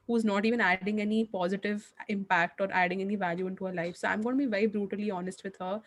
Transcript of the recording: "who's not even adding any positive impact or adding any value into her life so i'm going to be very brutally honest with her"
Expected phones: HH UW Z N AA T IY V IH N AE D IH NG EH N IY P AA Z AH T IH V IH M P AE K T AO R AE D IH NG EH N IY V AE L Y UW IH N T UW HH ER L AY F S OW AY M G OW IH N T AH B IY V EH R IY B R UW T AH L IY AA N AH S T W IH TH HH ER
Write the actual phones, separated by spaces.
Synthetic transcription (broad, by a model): HH UW Z N AA T IY V IH N AE D IH NG EH N IY P AA Z AH T IH V IH M P AE K T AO R AE D IH NG EH N IY V AE L Y UW IH N T UW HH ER L AY F S OW AY M G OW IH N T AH B IY V EH R IY B R UW T AH L IY AA N AH S T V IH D HH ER